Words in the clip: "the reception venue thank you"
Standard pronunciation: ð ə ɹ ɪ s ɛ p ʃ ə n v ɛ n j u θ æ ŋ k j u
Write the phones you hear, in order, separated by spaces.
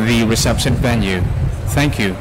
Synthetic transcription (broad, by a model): ð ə ɹ ɪ s ɛ p ʃ ə n v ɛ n j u θ æ ŋ k j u